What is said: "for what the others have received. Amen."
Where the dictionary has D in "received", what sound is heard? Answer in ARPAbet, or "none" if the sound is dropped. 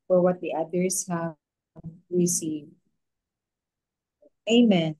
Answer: none